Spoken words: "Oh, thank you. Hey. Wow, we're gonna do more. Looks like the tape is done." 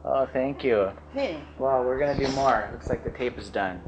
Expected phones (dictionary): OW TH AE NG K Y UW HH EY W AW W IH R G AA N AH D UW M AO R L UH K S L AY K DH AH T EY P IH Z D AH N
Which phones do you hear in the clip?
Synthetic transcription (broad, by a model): OW TH AE NG K Y UW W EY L W IH R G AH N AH D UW M AO R L UH K S L AY K DH AH T EY P IH Z D AH N